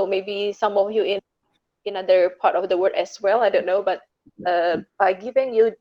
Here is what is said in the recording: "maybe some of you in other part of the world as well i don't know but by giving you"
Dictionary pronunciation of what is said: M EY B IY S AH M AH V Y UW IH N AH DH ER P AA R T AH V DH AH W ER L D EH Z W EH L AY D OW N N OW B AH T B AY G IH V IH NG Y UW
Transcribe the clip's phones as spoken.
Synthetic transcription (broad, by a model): M EY B IY S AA M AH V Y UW IH N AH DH ER P AA R T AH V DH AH W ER D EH S W EH L AY D OW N N OW B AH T B AY G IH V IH NG Y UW